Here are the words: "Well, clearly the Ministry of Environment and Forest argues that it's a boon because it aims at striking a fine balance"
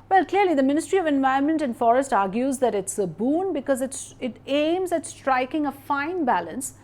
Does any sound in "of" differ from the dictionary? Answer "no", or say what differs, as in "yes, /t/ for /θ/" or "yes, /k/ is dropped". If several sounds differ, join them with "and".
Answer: no